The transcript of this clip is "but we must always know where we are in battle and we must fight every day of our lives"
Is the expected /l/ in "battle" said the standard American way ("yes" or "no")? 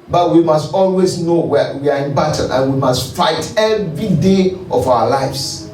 no